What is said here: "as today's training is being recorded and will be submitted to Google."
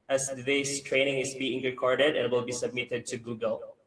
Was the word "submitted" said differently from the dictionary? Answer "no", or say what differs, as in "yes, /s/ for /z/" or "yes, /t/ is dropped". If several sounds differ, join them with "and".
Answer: no